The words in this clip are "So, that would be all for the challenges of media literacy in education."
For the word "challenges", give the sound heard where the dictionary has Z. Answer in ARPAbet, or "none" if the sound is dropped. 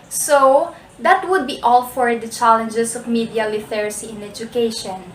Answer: S